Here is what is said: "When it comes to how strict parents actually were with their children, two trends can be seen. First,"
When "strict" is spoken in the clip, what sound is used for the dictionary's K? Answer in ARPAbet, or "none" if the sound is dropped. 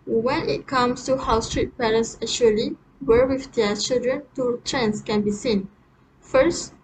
none